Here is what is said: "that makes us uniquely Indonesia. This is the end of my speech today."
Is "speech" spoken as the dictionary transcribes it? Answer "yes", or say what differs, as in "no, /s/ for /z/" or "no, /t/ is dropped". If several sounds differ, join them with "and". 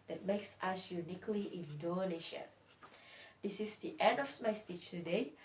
yes